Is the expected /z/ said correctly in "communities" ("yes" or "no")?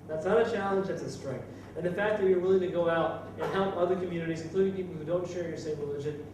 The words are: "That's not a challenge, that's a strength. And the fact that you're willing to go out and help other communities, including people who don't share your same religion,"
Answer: yes